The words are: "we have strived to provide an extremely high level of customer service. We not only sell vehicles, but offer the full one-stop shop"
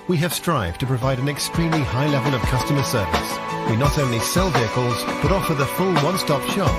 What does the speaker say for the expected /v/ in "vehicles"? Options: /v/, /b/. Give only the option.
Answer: /v/